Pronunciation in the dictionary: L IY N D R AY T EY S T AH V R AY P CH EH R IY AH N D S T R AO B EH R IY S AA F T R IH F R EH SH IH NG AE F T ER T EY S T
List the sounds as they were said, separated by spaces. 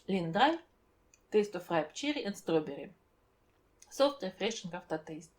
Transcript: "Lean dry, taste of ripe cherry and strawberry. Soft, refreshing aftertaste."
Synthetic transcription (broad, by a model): L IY N D R AY T EY S T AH F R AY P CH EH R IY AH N S T R AO B EH R IY S AA F T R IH F R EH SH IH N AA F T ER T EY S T